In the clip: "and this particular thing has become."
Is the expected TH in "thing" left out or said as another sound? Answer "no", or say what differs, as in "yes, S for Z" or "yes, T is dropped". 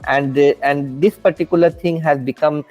yes, T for TH